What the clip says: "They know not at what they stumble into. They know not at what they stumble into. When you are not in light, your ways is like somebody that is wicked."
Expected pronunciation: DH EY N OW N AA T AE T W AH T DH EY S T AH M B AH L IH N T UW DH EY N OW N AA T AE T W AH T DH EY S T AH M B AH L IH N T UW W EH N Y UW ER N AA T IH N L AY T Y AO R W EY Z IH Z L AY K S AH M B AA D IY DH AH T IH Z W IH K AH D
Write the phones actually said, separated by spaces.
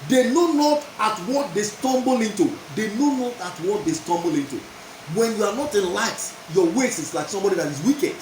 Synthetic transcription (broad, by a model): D EY N OW N AA T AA T W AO T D EY S T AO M B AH L IH N T UW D EY N OW N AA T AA T W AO T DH EY S T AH M B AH L IH N T UW W EH N Y UW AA N AA T IH N L AY T Y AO W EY S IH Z L AY K S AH M B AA D IY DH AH T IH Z W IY K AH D